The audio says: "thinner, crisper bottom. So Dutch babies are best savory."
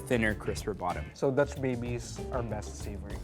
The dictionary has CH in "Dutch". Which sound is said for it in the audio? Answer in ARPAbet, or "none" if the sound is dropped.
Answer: S